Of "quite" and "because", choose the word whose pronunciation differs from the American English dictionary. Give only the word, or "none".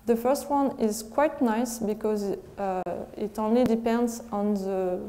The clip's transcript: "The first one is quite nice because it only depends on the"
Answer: none